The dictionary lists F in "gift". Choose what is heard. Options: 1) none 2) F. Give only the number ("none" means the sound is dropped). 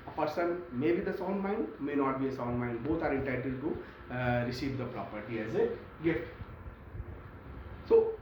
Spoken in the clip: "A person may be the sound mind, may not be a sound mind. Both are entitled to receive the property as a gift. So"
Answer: 1